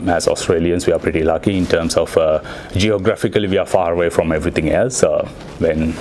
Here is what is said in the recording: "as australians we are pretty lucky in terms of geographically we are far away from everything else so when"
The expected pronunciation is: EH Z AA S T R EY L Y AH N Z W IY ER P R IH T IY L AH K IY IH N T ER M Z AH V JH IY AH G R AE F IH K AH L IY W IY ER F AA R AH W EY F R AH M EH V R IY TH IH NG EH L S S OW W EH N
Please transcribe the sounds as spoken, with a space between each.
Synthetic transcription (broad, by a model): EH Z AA S T R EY L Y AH N S W IY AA P R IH T IY L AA K IY IH N T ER M S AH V JH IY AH G R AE F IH K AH L IY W IY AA F AA R AH W EY F R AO M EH V R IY T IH NG EH L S S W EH N